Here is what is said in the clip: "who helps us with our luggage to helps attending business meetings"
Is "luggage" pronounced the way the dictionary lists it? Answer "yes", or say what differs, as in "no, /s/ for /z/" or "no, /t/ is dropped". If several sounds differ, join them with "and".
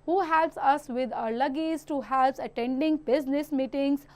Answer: no, /z/ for /dʒ/